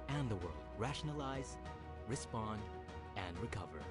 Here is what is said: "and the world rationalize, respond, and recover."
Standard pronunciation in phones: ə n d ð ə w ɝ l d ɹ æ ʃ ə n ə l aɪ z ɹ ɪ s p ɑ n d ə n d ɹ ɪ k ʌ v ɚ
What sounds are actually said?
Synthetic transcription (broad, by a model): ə n ð ə w ɝ l d ɹ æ ʃ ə n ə l aɪ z ɹ ɪ s p ɑ n d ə n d ɹ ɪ k ʌ v ɚ